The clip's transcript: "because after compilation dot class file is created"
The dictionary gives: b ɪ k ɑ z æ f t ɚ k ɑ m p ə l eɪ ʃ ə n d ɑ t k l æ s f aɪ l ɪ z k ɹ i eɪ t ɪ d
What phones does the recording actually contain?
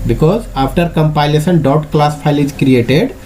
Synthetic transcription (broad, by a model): b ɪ k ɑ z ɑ p t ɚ k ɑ m p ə l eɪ s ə n d ɑ t k l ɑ s p aɪ l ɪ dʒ k ɹ i eɪ t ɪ d